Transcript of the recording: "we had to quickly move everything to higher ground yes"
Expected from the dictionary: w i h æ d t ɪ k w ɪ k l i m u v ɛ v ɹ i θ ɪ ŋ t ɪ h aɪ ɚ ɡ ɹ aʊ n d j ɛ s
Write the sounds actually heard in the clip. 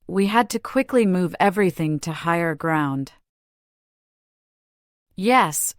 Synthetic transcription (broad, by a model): w i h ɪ d t ɪ k w ɪ k l i m u v ɛ v ɹ i θ ɪ ŋ t ɪ h aɪ ɚ ɡ ɹ aʊ n d j ɛ s